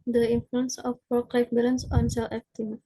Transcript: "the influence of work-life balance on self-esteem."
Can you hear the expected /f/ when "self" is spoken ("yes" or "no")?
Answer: no